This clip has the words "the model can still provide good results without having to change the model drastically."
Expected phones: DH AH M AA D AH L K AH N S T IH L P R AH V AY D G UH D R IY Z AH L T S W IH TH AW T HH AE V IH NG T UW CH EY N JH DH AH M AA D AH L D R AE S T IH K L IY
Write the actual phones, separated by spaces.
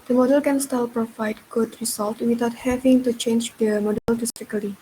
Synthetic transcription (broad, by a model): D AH M AA D AH L K AH N S T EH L P R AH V AY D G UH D R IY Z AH L T W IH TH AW T HH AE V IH NG T UW CH EY N JH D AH M AA D AH L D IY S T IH K L IY